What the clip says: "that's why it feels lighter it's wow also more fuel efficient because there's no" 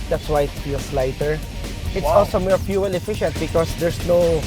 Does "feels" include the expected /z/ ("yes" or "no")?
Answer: no